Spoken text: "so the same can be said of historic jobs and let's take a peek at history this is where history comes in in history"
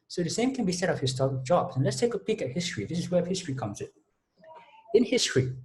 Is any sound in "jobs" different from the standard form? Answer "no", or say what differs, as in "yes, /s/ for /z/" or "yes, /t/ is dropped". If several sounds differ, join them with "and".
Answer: yes, /z/ is dropped